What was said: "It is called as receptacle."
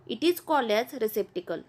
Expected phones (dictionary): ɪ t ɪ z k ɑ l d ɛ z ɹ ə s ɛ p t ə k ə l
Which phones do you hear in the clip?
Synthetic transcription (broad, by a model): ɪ t ɪ z k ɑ l ɛ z ɹ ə s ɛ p t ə k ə l